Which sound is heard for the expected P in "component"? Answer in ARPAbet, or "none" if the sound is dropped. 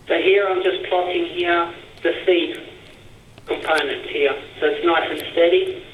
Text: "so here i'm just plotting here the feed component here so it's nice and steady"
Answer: P